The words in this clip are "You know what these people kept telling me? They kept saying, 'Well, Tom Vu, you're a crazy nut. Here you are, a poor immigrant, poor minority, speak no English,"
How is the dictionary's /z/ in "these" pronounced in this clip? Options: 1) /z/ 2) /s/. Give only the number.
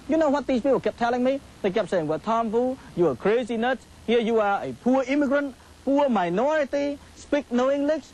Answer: 2